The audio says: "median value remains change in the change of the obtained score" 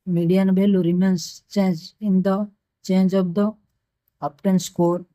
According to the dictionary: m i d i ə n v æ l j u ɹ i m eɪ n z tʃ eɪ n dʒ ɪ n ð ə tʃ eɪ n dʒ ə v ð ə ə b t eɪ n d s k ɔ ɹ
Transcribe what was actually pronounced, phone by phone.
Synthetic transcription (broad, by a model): m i d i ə n b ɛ l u ɹ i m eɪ n s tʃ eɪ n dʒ ɪ n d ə tʃ eɪ n dʒ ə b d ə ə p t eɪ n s k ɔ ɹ